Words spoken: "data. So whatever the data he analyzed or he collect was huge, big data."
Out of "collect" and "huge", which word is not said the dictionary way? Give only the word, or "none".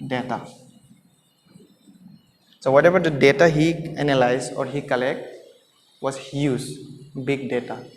huge